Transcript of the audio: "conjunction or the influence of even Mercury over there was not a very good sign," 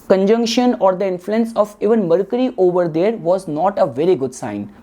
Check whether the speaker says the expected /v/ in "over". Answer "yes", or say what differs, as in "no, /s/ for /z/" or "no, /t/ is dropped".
yes